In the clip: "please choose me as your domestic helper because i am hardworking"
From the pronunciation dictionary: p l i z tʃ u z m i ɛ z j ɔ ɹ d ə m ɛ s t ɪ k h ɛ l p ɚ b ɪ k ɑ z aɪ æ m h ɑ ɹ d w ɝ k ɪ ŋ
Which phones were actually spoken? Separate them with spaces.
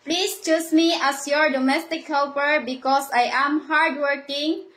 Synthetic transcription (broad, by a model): p l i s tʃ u s m i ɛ s j ɔ ɹ d ə m ɛ s t ɪ k h ɛ l p ɚ b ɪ k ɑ s aɪ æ m h ɑ ɹ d w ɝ k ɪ ŋ